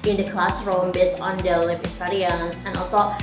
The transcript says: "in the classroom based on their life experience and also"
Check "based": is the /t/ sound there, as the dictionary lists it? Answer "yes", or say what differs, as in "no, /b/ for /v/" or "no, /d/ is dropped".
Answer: no, /t/ is dropped